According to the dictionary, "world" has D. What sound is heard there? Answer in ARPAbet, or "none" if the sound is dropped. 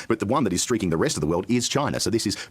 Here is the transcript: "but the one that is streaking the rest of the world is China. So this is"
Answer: D